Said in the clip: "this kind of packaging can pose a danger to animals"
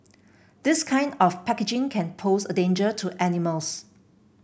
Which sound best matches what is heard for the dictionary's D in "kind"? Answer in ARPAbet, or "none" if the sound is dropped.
D